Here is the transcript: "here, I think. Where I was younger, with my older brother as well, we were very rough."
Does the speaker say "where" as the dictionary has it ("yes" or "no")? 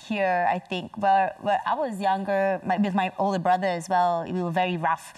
no